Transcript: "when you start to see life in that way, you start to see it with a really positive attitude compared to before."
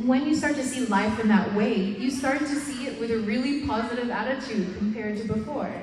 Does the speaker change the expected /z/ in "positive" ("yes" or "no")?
no